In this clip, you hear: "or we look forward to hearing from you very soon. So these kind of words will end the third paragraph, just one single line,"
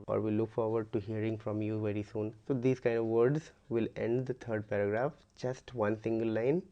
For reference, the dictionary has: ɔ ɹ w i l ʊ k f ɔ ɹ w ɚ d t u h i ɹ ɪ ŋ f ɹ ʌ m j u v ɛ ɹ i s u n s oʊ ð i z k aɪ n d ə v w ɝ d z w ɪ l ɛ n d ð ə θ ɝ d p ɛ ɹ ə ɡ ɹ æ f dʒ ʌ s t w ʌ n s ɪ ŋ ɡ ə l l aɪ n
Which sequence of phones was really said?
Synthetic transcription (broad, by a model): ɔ ɹ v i l ʊ k f ɔ ɹ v ɚ d t u h i ɹ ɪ ŋ f ɹ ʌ m j u v ɛ ɹ i s u n s oʊ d i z k aɪ n d ə v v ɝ d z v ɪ l ɛ n d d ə t ɝ d p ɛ ɹ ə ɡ ɹ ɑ f dʒ ʌ s t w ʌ n s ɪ ŋ ɡ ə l l aɪ n